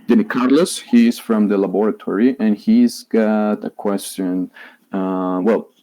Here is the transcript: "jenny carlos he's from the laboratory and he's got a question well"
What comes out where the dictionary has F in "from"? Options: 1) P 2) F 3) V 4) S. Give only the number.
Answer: 2